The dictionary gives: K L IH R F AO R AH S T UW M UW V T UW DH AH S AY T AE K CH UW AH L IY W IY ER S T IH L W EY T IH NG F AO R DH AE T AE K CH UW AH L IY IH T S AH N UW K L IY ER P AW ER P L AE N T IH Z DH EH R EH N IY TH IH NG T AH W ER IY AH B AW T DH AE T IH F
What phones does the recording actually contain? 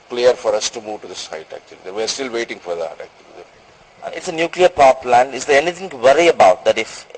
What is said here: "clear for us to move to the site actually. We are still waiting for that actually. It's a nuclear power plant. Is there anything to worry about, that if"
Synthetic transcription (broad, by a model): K L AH R F AO R AH S T UW M UW V T UW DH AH S AY T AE K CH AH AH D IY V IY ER S T IH L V EY T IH NG F AO R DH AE T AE K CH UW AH L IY IH T S AH N UW K L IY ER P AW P L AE N IH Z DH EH R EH N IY T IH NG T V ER IY AH B AW T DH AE T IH F